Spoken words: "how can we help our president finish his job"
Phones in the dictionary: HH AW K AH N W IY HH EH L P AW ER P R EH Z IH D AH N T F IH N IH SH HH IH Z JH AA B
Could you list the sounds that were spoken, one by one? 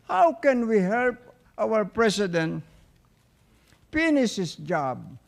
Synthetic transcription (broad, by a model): HH AW K AH N W IY HH EH L P AW ER P R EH S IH D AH N T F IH N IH S HH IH S JH AA B